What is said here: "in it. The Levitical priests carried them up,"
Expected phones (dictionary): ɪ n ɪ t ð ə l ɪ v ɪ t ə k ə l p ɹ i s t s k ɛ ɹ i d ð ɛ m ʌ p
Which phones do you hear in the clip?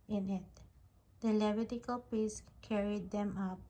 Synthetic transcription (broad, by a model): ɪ n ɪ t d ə l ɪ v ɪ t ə k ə l p i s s k ɛ ɹ i d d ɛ m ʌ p